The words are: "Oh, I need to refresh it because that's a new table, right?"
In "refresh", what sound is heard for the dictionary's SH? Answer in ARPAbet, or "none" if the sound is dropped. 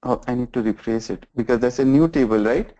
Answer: S